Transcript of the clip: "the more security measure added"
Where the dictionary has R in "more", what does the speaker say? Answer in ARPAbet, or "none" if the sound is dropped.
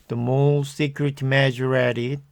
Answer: L